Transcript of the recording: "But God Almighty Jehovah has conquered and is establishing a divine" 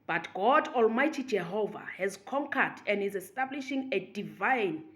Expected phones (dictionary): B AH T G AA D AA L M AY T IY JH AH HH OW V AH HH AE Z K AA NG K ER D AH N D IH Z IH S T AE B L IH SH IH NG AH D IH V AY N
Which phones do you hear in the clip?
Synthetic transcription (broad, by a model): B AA T G AA D AA L M AY T IY JH AH HH OW V AH HH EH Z K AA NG K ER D AH N D IH Z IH S T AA B L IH SH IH NG AH D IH V AY N